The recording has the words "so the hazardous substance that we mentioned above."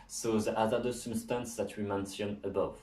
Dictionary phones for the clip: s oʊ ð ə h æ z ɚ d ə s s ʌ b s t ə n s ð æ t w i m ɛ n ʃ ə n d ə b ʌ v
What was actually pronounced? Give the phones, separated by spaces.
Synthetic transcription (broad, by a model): s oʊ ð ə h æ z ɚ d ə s s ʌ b s t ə n s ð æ t w i m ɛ n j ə n ə b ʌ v